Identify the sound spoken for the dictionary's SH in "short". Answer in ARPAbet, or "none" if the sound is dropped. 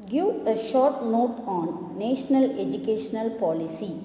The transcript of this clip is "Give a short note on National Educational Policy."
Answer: SH